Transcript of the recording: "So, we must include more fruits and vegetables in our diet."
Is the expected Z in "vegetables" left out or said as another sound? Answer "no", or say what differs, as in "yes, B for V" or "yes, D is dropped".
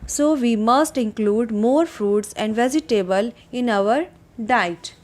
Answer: yes, Z is dropped